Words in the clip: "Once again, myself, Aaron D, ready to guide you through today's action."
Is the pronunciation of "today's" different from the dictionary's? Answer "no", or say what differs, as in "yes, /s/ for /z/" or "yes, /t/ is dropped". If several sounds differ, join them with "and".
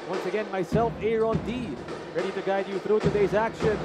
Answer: no